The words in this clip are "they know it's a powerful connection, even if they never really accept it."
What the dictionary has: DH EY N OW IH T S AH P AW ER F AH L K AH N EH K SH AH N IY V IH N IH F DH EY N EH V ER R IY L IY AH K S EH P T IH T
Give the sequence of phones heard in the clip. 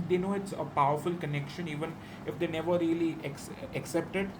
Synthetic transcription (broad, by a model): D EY N OW IH T S AH P AW ER F AH L K AH N EH K SH AH N IY V IH N IH F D EY N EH V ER R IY L IY AH K S EH P T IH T